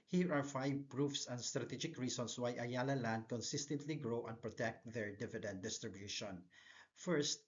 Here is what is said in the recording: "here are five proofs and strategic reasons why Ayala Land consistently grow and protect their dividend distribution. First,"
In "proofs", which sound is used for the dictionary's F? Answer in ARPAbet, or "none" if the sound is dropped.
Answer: F